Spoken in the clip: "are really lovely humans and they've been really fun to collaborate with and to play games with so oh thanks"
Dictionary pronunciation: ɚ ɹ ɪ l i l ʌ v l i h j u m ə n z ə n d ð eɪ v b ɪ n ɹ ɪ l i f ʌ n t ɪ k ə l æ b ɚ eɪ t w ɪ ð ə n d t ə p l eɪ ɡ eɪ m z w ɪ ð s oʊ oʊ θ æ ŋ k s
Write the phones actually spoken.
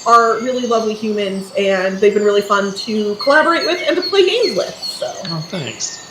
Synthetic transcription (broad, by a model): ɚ ɹ ɪ l i l ʌ v l i h j u m ə n z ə n ð eɪ v b ɪ n ɹ ɪ l i f ʌ n t ɪ k ə l æ b ɚ eɪ t w ɪ ð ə n t ə p l eɪ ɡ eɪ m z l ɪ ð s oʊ oʊ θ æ ŋ k s